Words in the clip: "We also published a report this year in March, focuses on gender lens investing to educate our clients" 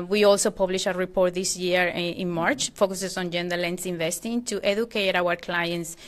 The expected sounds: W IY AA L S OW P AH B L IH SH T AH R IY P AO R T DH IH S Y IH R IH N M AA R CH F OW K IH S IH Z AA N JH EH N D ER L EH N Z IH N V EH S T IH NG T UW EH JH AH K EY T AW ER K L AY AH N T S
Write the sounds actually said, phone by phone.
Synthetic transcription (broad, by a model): W IY AA L S OW P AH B L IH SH AH R IY P AO R T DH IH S Y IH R IH N M AA R CH F OW K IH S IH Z AA N JH EH N D ER L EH N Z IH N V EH S T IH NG T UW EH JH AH K EY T AW ER K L AY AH N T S